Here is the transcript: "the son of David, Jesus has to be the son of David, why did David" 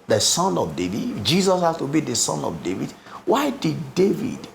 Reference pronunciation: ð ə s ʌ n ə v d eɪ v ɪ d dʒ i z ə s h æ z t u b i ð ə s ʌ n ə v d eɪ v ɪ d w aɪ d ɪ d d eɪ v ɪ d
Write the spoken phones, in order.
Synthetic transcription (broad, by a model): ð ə s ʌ n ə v d eɪ v ɪ d dʒ i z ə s h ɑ s t u b i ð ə s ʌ n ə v d eɪ v ɪ d w aɪ d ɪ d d eɪ v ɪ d